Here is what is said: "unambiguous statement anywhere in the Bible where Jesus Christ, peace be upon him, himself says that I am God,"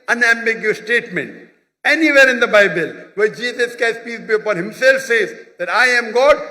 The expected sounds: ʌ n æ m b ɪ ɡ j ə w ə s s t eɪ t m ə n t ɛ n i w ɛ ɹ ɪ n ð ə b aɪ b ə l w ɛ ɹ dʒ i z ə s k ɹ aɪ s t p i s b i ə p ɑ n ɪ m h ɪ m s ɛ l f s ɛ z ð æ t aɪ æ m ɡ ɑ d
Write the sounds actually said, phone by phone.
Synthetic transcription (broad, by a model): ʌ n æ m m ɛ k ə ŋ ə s s t eɪ t m ə n t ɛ n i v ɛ ɹ ɪ n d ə b aɪ b ə l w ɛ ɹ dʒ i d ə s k aɪ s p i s b i ə p ɑ n h ɪ m s ɛ l f s ɛ z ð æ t aɪ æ m ɡ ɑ d